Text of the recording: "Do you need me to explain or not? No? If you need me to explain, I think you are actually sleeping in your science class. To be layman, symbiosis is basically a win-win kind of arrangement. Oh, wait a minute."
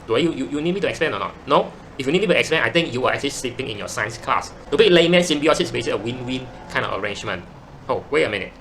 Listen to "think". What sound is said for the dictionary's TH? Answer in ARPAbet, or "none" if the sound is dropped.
T